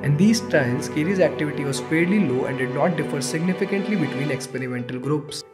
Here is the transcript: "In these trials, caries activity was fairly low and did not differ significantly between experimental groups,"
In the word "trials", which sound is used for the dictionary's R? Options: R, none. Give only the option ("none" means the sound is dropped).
none